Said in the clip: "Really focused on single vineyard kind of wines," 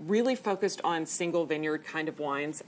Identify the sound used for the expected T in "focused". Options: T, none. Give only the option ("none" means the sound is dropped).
T